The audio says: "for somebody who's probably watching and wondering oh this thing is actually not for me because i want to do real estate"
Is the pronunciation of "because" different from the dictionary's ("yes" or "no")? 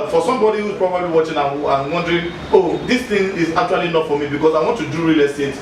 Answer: yes